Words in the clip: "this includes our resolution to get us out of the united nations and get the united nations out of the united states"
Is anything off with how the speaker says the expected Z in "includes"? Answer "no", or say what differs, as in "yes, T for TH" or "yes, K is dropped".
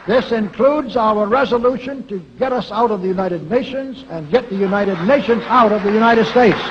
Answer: no